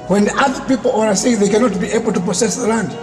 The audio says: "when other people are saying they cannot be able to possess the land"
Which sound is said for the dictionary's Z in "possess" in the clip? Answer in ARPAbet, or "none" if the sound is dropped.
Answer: S